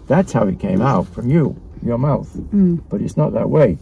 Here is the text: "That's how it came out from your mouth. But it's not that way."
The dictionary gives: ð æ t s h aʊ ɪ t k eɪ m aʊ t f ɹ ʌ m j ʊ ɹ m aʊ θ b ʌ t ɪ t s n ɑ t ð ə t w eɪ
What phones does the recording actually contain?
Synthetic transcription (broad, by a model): ð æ t s h aʊ ɪ t k eɪ m aʊ t f ɹ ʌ m j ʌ ɹ m aʊ θ b ʌ t ɪ t s n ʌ t ð ə t w eɪ